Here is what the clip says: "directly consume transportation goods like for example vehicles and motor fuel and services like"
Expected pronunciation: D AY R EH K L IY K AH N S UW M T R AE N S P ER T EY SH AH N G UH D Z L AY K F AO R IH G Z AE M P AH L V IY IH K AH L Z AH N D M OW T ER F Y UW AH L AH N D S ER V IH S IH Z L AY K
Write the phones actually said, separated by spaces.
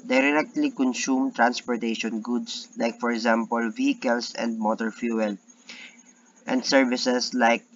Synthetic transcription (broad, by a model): D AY R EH K L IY K AH N S UW M T R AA N S P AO T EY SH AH N G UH D S L AY K F AO R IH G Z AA M P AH L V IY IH K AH L S AH N D M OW T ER F Y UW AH L AH N D S ER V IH S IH S L AY K